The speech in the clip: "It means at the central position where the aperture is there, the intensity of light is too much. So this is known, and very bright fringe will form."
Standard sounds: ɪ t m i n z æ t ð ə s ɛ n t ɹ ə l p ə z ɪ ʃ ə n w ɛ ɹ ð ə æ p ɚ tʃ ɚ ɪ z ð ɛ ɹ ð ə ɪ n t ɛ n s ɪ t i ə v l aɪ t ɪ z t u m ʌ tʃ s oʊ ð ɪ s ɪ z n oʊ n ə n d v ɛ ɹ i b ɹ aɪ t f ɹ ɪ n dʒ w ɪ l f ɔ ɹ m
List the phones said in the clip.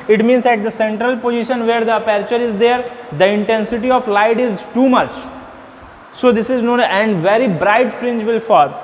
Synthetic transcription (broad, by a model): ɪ t m i n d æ t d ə s ɛ n t ɹ ə l p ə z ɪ ʃ ə n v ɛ ɹ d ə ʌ p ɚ tʃ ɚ ɪ z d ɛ ɹ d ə ɪ n t ɛ n s ɪ t i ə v l aɪ t ɪ z t u m ʌ tʃ s oʊ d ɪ s ɪ z n oʊ n ə n d v ɛ ɹ i b ɹ aɪ t f ɹ ɪ n dʒ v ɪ l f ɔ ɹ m